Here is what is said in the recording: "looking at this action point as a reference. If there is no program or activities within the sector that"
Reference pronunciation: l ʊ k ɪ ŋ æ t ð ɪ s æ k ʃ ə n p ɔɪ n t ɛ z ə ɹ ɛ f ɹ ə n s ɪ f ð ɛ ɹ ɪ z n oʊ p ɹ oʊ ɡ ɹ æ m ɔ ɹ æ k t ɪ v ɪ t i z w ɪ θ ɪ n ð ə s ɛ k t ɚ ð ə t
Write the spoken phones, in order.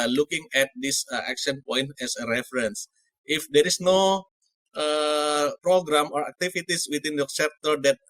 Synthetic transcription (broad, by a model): l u k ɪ ŋ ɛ t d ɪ s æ k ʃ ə n p ɔɪ n t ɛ s ə ɹ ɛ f ɹ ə n s ɪ f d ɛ ɹ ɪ s n oʊ p ɹ oʊ ɡ ɹ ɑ m ɔ ɹ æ k t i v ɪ t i s w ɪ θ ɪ n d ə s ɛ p t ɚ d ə t